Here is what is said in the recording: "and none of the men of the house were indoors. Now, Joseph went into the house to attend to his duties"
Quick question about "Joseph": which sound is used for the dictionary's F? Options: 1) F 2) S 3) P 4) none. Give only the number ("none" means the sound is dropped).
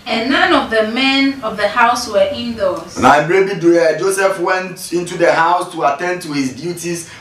1